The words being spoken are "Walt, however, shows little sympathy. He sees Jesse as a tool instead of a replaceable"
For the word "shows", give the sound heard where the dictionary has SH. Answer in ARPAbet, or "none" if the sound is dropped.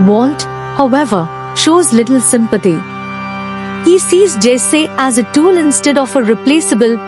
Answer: SH